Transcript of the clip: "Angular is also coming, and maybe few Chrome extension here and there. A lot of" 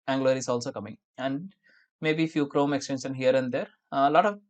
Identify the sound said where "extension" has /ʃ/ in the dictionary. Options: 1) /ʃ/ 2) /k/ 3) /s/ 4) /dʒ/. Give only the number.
3